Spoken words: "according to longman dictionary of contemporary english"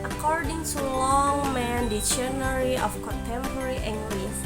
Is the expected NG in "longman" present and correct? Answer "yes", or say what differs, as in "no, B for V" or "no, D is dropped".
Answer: yes